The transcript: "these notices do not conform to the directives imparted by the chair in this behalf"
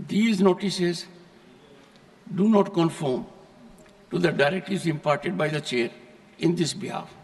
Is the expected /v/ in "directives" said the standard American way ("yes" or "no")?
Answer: no